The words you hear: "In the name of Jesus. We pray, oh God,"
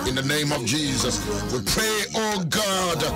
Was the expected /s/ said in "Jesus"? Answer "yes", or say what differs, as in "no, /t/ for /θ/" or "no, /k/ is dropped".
yes